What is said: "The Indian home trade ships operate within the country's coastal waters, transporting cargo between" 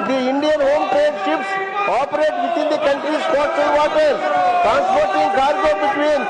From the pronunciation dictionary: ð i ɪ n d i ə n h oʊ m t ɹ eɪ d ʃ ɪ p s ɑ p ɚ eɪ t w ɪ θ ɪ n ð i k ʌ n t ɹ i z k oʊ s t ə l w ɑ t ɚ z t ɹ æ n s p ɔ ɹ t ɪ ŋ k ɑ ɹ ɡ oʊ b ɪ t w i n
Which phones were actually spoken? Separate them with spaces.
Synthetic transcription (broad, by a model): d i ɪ n d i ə n h oʊ m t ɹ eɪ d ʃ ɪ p s ɑ p ɚ eɪ t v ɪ t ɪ n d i k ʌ n t ɹ i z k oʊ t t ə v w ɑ t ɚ t ɹ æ n s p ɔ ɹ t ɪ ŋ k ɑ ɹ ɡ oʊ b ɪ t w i n